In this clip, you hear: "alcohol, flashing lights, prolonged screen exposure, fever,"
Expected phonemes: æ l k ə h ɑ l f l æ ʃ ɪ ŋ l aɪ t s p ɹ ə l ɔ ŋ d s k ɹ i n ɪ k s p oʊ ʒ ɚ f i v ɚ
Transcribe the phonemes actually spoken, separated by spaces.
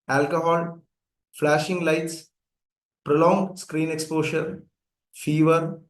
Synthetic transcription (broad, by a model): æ l k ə h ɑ l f l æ ʃ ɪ ŋ l aɪ t s p ɹ ə l ɔ ŋ d s k ɹ i n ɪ k s p oʊ ʃ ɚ f i v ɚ